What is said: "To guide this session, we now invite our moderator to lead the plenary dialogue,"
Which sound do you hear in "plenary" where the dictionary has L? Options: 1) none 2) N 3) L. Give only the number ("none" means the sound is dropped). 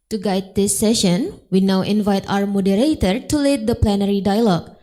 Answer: 3